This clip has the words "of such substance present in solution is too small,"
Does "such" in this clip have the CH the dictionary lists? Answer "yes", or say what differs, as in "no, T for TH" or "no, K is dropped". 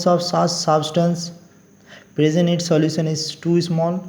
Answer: no, S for CH